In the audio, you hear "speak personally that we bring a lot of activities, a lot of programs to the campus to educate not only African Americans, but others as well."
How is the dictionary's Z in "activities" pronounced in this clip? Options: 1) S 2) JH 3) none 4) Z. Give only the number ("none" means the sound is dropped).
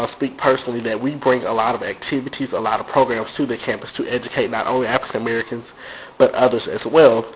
4